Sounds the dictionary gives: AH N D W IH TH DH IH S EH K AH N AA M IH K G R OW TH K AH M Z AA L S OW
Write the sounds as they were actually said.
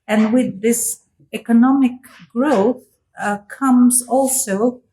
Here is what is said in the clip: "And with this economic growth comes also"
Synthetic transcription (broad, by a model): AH N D W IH DH IH S EH K AH N AA M IH K G R OW TH K AH M Z AA L S OW